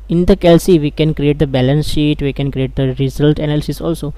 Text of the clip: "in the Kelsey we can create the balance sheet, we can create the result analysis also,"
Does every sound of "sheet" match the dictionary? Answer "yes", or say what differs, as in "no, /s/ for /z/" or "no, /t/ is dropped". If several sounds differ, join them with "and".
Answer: yes